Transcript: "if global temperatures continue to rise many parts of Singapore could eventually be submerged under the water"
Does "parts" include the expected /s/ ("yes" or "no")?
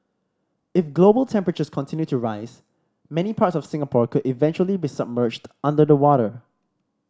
yes